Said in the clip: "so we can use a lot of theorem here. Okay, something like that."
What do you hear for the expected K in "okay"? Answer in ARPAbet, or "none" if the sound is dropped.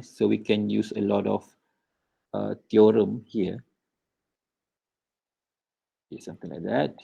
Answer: none